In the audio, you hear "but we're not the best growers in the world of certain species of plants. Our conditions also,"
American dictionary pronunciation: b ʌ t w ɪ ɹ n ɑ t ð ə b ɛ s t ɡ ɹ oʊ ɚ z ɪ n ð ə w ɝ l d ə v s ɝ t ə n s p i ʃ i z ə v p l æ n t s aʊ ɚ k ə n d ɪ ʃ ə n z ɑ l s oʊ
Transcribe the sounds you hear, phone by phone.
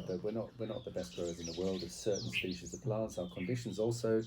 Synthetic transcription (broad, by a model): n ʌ t w ɪ ɹ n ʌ t ð ə b ɛ s t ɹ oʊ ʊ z ɪ n ð ə w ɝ l d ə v s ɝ t n s p i ʃ i z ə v p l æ n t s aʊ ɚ k ə n d ɪ ʃ ə n z ɑ l s oʊ